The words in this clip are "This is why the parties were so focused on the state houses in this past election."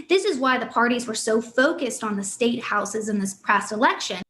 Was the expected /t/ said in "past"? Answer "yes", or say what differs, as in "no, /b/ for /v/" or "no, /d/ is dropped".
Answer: no, /t/ is dropped